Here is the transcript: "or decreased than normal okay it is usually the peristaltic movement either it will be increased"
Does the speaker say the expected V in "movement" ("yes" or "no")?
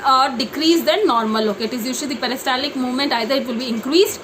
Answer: yes